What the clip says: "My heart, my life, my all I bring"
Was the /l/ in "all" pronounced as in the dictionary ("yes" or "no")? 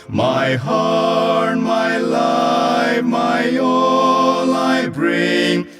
no